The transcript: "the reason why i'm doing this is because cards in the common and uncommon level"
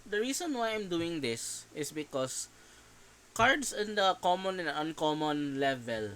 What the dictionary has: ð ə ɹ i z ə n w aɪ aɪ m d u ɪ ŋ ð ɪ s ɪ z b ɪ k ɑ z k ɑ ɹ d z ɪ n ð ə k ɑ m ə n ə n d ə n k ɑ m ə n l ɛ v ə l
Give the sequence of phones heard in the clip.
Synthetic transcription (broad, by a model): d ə ɹ i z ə n w aɪ aɪ m d u ɪ ŋ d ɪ s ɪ s b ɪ k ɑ s k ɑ ɹ d s ɪ n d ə k ɑ m ə n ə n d ə n k ɑ m ə n l ɛ v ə l